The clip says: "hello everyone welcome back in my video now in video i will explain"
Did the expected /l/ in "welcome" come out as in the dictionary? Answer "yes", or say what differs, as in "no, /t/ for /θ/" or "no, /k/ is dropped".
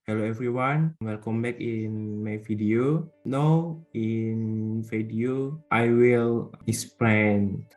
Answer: no, /n/ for /l/